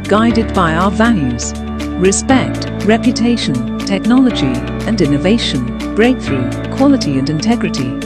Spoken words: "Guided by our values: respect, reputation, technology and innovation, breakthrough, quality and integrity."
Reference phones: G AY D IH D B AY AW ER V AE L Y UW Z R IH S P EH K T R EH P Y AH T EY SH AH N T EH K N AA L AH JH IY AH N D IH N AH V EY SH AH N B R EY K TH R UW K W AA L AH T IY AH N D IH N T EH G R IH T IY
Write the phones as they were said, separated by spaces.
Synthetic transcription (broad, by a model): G AY D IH D B AY AW ER V AE L Y UW Z R IH S P EH K T R EH P Y AH T EY SH AH N T EH K N AA L AH JH IY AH N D IH N AH V EY SH AH N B R EY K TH R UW K W AA L AH T IY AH N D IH N T EH G R IH T IY